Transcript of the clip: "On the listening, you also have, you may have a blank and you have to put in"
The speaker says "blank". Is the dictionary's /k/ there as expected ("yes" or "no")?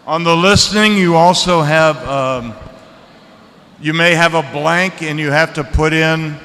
yes